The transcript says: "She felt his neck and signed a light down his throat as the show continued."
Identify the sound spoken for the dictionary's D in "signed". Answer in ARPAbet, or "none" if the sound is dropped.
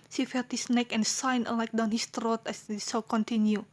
none